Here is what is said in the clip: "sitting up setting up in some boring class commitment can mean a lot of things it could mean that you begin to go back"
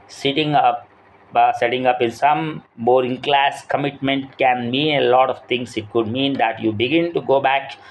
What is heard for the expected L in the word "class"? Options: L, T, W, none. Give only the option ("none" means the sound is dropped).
L